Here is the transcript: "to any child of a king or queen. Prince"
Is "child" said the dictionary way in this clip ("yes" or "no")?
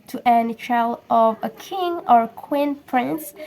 no